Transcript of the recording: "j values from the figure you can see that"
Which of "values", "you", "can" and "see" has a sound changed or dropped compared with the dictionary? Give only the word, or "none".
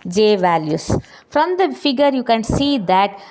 values